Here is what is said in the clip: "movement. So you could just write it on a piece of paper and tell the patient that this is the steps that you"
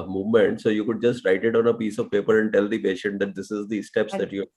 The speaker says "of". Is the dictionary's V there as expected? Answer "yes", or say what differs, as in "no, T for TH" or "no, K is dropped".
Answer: yes